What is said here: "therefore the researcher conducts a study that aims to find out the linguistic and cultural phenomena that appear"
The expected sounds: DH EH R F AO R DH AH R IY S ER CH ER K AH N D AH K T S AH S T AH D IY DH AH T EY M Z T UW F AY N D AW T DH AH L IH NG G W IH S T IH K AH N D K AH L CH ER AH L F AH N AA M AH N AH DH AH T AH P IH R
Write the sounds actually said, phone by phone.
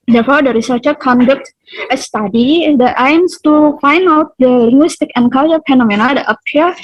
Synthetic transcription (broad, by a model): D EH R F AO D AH R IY S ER CH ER K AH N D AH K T AH S T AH D IY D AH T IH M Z T UW F AY N D AW T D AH L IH NG G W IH S T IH K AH N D K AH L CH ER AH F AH N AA M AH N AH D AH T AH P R